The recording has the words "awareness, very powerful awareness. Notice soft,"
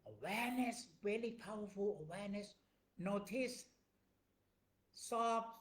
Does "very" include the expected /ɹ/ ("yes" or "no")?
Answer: no